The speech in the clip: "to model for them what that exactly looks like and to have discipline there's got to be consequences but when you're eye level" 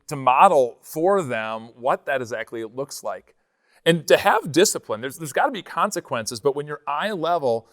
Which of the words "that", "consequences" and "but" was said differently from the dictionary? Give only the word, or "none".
none